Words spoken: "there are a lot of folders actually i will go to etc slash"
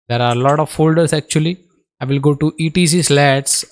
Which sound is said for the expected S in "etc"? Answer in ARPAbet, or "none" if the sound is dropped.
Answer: none